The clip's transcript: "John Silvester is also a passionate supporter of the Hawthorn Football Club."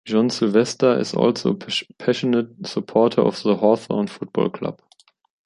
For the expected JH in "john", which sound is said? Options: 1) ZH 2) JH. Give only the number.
1